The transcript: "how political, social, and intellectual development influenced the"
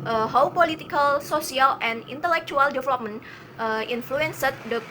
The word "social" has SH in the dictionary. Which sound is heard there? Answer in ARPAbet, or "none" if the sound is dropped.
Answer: S